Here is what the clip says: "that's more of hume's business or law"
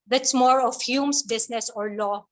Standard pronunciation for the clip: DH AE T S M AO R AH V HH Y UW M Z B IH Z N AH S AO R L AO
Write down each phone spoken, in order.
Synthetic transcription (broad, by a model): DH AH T S M AO R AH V HH Y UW M S B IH S N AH S AO R L AO